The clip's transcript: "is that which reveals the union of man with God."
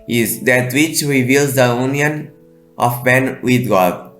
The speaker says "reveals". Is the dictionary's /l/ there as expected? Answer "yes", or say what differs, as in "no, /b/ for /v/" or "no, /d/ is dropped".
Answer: yes